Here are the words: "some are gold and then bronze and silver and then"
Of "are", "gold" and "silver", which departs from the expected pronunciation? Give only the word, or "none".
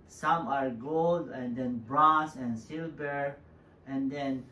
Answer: silver